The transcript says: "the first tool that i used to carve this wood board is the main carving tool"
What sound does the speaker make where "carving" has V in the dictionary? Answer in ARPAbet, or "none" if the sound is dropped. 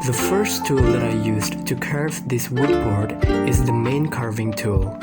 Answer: V